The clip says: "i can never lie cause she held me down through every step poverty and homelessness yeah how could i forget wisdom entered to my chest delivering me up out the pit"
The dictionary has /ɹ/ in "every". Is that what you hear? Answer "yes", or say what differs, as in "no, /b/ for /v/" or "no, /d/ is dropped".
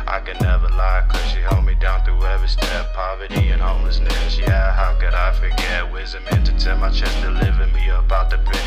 no, /ɹ/ is dropped